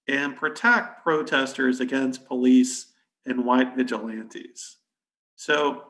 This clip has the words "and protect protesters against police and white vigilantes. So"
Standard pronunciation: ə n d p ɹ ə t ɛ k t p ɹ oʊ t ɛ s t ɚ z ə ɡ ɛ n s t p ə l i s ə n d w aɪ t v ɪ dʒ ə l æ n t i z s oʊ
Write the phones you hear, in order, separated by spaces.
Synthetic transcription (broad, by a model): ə n p ɹ ə t ɛ k t p ɹ oʊ t ɛ s t ɚ z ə ɡ ɛ n s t p ə l i s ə n w aɪ t v ɪ dʒ ə l æ n t i z s oʊ